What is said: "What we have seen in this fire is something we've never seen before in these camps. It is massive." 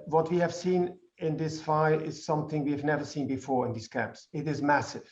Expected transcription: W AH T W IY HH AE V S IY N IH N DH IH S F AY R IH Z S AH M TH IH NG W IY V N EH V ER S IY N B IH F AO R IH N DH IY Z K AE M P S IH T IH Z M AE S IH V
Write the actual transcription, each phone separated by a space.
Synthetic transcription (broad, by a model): W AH T W IY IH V S IY N IH N DH IH S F AY IH Z S AH M TH IH NG W IY V N EH V ER S IY N B IH F AO R IH N DH IY Z K AE M P S IH T IH Z M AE S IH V